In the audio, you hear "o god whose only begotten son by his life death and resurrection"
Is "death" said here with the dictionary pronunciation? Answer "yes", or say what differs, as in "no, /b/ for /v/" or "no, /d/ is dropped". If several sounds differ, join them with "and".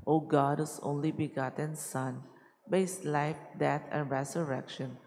no, /t/ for /θ/